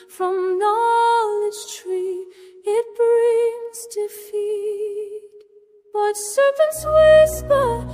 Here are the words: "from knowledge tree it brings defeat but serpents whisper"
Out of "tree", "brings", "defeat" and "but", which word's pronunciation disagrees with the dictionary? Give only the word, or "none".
none